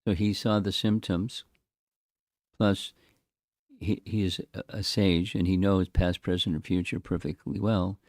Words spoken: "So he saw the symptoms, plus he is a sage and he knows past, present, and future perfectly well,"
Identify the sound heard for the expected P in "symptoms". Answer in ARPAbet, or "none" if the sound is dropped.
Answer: P